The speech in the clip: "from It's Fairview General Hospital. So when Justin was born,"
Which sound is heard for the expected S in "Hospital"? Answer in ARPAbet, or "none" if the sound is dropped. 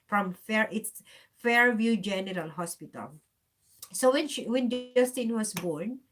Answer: S